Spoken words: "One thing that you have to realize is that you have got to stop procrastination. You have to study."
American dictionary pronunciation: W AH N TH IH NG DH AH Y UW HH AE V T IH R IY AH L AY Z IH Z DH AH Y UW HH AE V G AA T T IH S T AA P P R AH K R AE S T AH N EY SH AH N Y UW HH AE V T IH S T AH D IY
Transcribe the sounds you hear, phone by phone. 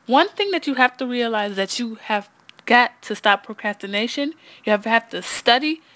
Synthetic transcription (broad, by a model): W AH N TH IH NG DH AH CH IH HH AE F T IH R IY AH L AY IH Z DH AH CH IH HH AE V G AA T T IH S T AA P P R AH K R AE S T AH N EY SH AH N Y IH HH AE F T IH S T AH D IY